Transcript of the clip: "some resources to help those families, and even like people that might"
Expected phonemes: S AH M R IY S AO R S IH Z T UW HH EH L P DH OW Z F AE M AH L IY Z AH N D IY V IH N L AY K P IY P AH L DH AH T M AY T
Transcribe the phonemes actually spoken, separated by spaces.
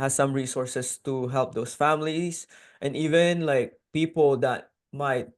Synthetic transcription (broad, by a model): S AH M R IY S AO R S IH S T UW HH EH L P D OW S F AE M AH L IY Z AH N D IY V IH N L AY K P IY P AH L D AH T M AY T